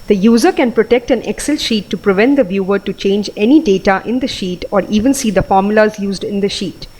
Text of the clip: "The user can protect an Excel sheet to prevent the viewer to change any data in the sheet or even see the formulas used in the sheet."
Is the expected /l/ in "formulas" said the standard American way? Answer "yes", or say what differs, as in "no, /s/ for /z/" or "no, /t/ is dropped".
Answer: yes